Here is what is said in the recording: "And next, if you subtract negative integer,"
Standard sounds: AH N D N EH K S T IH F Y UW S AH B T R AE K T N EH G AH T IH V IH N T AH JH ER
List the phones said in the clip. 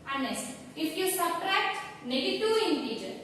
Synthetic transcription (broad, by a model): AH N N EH S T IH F Y UW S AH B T R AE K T N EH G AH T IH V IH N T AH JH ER